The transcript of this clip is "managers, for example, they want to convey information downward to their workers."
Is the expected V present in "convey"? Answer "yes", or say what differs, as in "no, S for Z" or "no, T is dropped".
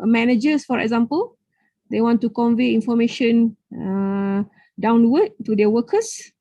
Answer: yes